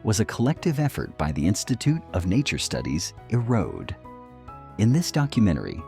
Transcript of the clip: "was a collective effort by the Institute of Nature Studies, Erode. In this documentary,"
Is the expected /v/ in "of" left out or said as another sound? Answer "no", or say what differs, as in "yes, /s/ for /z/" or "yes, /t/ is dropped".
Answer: no